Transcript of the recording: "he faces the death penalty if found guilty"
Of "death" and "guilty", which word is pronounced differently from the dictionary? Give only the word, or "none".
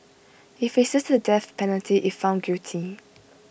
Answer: guilty